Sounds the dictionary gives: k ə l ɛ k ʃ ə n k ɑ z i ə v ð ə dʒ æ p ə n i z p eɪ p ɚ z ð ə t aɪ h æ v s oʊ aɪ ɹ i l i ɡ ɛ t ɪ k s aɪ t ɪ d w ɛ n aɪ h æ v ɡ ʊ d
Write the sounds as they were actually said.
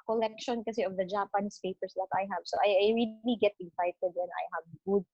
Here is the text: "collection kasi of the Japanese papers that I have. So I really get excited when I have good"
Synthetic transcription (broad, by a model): k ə l ɛ k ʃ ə n k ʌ s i ə v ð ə dʒ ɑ p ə n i s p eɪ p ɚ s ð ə t aɪ h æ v s oʊ aɪ ɹ i l i ɡ ɛ t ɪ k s aɪ t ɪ d w ɛ n aɪ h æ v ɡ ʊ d